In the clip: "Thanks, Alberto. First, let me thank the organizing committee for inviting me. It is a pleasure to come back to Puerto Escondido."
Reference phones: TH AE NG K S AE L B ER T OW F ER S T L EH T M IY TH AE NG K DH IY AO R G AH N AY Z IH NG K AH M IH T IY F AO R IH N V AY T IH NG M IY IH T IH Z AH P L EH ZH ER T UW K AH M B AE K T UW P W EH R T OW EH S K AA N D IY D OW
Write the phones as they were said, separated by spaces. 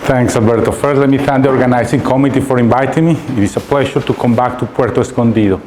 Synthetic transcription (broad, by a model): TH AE NG K S AE L B ER T OW F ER T L EH T M IY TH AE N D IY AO R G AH N AY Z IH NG K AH M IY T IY F AO R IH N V AY T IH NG M IY IH T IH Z AH P L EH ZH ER T UW K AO M B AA K T UW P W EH R T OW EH S K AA N D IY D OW